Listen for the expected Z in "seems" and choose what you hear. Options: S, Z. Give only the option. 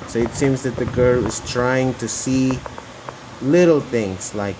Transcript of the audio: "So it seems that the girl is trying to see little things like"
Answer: Z